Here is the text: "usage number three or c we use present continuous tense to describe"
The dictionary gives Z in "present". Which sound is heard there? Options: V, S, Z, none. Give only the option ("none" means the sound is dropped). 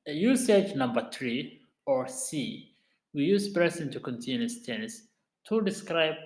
S